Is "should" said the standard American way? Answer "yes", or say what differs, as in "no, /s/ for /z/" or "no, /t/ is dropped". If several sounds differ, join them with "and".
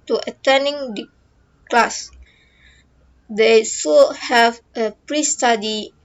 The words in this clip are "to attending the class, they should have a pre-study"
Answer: no, /s/ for /ʃ/